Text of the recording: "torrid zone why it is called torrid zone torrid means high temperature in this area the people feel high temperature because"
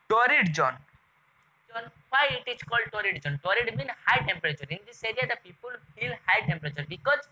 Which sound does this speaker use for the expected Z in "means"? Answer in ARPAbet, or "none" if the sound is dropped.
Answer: none